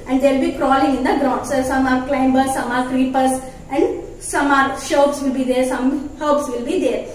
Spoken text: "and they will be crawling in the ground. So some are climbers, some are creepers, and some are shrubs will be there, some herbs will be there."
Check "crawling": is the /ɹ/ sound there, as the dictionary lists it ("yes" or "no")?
yes